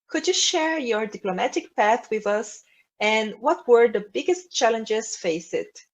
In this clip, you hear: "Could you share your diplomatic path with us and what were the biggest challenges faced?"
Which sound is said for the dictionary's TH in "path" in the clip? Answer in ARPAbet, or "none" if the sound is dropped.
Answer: TH